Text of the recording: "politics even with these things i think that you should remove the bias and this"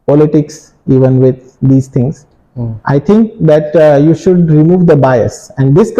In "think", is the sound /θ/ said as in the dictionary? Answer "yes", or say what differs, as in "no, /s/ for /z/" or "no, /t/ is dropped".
no, /t/ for /θ/